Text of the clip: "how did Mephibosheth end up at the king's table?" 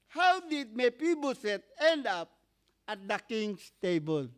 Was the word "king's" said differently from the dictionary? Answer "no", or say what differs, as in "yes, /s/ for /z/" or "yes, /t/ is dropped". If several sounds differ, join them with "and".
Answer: yes, /s/ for /z/